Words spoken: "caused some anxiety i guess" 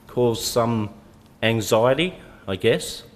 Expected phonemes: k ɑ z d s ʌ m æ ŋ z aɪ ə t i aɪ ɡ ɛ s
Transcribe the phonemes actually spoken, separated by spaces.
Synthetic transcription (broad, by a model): k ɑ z s ʌ m æ ŋ z aɪ ə t i aɪ ɡ ɛ s